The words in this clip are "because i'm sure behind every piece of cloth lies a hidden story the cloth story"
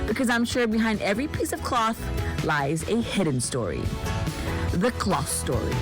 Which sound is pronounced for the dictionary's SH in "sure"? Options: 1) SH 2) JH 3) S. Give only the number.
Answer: 1